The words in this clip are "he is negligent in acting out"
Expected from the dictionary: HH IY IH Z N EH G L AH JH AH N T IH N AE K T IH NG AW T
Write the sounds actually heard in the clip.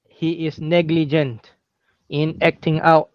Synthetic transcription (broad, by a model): HH IY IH S N EH G L AH JH AH N T IH N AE K T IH NG AW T